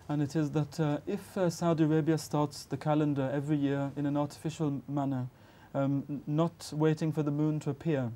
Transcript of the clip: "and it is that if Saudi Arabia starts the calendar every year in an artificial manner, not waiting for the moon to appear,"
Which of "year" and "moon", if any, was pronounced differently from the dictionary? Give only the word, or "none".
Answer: none